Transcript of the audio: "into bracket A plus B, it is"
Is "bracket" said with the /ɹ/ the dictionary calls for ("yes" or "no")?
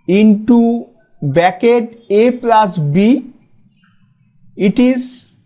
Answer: no